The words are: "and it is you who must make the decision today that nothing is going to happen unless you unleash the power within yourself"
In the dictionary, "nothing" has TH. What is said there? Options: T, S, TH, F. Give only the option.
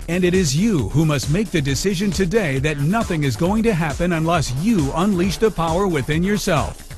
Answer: TH